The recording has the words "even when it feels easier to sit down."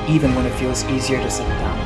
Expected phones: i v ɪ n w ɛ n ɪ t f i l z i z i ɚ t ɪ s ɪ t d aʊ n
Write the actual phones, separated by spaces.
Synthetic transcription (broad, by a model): i v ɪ n w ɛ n ɪ t f i l z i z i ɚ t ɪ s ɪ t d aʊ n